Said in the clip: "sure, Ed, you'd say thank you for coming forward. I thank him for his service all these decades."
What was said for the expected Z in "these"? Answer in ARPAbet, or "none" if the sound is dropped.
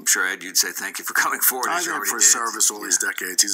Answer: Z